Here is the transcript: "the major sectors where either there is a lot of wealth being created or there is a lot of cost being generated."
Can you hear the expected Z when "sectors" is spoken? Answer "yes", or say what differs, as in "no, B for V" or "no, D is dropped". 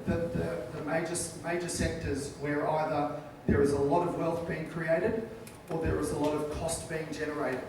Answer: yes